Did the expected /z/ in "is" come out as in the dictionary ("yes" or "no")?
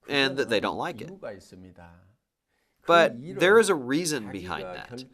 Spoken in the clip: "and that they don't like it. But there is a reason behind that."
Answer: yes